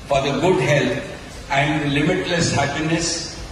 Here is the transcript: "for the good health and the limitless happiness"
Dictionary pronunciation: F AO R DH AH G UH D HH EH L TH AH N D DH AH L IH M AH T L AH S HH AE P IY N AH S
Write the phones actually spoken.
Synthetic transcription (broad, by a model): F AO R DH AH G UH D HH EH L T AH N D L IH M AH T L AH S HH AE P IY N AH S